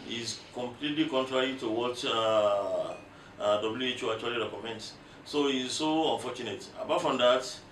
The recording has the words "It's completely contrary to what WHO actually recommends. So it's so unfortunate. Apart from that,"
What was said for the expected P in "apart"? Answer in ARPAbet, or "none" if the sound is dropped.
B